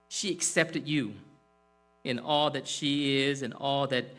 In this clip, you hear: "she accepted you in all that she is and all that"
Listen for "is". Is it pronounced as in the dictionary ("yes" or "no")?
yes